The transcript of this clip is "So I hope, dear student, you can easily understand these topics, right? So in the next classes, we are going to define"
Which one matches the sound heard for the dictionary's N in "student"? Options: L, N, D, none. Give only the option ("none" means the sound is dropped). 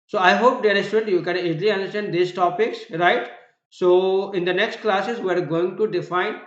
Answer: none